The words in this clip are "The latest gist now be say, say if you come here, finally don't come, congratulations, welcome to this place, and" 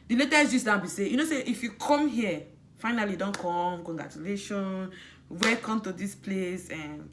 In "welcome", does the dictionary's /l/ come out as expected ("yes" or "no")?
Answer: no